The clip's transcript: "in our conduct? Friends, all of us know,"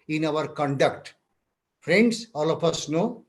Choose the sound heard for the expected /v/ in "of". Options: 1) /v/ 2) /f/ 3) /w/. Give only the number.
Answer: 2